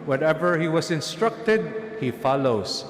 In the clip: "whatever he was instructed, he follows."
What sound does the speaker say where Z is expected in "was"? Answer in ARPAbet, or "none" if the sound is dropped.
S